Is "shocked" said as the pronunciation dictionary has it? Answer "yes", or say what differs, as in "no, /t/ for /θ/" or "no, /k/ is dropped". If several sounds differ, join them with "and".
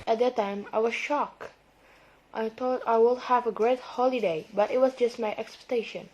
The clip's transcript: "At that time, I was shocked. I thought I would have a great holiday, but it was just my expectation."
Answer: yes